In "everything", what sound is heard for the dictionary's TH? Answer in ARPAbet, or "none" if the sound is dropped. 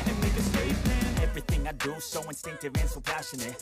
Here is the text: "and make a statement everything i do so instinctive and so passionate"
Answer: TH